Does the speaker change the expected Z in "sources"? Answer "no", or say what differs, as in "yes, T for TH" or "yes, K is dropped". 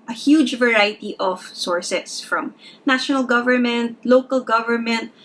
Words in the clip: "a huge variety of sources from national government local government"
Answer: yes, S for Z